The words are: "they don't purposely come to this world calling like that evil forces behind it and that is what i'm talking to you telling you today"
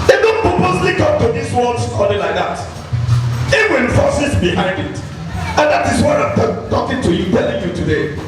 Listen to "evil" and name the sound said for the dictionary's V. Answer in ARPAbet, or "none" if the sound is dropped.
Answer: W